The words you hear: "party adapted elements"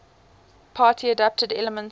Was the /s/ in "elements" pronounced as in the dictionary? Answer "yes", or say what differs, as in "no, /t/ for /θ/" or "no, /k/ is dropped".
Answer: no, /s/ is dropped